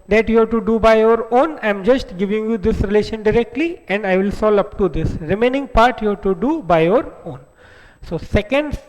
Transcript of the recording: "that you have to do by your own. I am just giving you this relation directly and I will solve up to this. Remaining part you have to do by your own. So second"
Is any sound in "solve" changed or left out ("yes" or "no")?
yes